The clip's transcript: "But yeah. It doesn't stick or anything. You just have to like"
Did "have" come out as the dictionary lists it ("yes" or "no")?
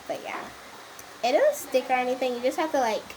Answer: no